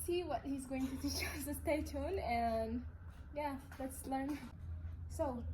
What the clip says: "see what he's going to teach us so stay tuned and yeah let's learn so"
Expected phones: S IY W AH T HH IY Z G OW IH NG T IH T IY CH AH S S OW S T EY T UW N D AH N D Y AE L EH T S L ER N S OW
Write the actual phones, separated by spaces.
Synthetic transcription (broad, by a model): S IY W AH T HH IY Z G OW IH NG T IH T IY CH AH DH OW S T EY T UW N AH N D Y AE L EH T S L ER N S OW